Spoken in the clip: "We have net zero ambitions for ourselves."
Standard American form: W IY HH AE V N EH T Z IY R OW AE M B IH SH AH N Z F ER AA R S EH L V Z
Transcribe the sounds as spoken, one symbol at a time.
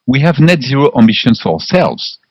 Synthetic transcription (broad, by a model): W IY HH AE V N EH T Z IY R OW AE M B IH SH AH N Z F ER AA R S EH L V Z